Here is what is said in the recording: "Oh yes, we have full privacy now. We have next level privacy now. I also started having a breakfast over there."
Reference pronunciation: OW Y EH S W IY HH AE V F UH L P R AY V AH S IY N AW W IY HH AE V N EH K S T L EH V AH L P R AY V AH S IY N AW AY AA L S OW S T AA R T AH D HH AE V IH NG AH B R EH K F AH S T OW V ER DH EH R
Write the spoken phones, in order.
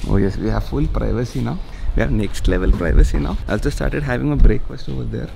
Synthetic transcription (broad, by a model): OW Y EH S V IY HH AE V F UH L P R AY V AH S IY N AW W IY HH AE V N EH K S T L EH V AH L P R AY V AH S IY N AW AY AA L S OW S T AA R T AH D HH AE V IH NG AH B R EH K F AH S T OW V ER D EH R